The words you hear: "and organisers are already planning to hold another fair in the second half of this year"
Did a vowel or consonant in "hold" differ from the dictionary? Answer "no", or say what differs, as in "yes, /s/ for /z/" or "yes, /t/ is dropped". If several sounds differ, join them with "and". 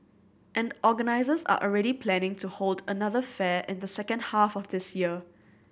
no